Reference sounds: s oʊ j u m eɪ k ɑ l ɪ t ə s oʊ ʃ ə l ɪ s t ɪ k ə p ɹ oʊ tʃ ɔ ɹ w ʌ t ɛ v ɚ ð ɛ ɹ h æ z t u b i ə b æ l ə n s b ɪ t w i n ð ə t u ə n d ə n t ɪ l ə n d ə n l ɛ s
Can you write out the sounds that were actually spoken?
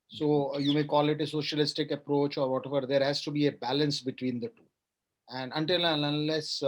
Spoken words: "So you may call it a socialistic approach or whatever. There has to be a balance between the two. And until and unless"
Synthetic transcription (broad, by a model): s oʊ j u m eɪ k ɑ l ɪ t ə s oʊ ʃ ə l ɪ s t ɪ k ə p ɹ oʊ tʃ ɔ ɹ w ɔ t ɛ v ɚ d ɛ ɹ h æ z t u b i ə b æ l ə n s b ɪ t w i n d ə t u ə n d ə n t ɪ l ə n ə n l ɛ s